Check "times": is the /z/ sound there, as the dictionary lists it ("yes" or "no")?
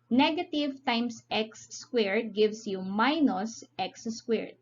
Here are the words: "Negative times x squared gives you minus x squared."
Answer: no